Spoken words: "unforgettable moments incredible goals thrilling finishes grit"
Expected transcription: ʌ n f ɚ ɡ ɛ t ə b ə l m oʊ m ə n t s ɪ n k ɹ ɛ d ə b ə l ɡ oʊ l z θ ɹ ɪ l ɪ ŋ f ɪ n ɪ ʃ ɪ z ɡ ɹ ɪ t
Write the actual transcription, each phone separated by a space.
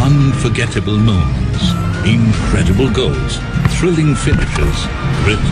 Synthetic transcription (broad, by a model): ʌ n f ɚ ɡ ɛ t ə b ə l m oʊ ə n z ɪ n k ɹ ɛ d ə b ə l ɡ oʊ l z θ ɹ ɪ l ɪ ŋ f ɪ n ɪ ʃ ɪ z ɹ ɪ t